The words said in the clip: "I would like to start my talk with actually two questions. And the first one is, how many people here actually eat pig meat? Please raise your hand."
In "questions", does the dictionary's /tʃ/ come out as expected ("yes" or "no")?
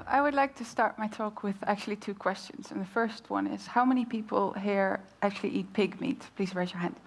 yes